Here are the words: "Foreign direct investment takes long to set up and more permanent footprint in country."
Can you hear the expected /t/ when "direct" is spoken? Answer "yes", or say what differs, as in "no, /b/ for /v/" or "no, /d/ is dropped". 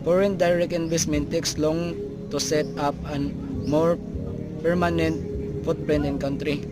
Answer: no, /t/ is dropped